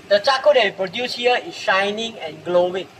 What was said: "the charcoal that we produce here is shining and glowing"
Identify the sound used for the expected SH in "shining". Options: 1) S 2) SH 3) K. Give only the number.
2